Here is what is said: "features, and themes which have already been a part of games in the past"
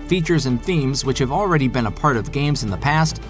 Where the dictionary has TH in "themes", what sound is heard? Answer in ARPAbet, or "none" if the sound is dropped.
TH